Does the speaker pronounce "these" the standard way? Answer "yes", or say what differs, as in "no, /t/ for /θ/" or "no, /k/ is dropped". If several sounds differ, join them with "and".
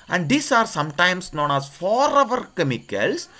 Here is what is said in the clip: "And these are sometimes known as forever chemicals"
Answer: no, /s/ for /z/